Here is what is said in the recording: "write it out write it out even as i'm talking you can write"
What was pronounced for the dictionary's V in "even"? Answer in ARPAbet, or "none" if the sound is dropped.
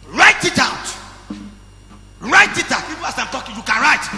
P